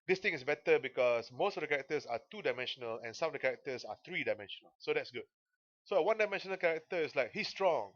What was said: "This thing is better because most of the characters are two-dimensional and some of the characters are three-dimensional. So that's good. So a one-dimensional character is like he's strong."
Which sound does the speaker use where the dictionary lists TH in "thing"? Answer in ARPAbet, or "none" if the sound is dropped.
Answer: T